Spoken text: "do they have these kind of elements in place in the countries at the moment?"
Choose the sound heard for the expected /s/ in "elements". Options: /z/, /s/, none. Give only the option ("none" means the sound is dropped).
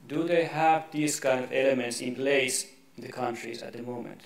/s/